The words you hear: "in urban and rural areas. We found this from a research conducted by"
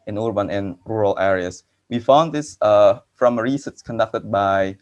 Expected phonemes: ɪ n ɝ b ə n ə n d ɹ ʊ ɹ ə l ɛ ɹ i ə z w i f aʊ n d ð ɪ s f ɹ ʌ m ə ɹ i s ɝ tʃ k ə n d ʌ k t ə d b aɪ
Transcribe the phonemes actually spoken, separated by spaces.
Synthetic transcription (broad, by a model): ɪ n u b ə n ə n ɹ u ɹ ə l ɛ ɹ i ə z w i f aʊ n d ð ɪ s f ɹ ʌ m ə ɹ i s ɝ s k ə n d ʌ k t ə d b aɪ